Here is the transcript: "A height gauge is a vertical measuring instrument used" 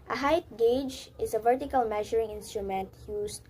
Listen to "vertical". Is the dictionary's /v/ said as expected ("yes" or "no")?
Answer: yes